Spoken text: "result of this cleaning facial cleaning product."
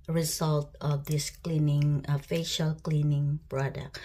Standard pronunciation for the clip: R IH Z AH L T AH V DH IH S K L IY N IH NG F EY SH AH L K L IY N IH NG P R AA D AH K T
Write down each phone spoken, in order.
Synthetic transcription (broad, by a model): R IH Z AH L T AH V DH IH S K L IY N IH NG F EY SH AH L K L IY N IH NG P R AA D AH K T